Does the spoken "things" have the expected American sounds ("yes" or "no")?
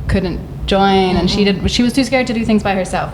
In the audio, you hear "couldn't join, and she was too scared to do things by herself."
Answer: yes